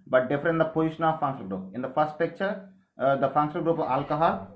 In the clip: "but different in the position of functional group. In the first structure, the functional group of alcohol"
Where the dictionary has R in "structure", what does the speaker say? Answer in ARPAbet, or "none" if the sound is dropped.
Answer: none